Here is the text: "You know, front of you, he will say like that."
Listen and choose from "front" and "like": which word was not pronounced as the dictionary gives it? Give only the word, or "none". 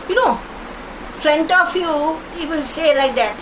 front